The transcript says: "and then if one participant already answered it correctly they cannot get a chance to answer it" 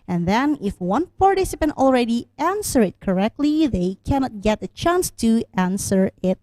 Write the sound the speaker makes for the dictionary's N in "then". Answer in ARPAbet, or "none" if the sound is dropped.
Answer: N